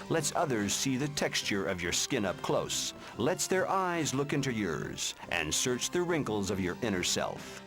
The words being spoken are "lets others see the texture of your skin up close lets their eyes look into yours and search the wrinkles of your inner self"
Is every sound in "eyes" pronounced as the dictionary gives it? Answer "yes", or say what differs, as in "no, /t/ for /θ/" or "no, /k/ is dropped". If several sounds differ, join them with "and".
yes